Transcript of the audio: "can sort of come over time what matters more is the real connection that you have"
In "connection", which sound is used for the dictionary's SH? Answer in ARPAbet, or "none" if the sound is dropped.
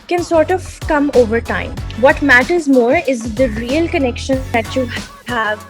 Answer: SH